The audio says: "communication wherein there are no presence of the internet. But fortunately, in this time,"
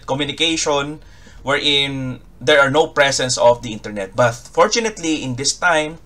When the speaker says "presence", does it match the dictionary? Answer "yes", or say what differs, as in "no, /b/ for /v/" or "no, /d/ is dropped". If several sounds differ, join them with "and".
no, /s/ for /z/